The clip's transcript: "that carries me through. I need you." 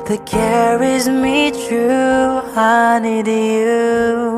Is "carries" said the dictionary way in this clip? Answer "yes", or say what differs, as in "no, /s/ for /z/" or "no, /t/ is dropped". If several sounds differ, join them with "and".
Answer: yes